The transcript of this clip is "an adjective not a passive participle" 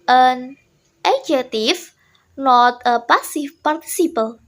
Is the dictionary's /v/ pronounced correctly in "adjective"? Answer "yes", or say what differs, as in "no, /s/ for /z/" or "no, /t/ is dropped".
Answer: no, /f/ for /v/